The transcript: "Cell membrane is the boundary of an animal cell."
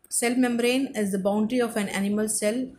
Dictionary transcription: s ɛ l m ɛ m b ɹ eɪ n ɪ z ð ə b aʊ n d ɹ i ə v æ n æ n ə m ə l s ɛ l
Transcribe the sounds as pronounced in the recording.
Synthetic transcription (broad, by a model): s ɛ l m ɛ m b ɹ eɪ n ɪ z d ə b aʊ n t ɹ i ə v æ n æ n ə m ə l s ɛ l